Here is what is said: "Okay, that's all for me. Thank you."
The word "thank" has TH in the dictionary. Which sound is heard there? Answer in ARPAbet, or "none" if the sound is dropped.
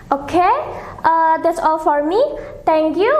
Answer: T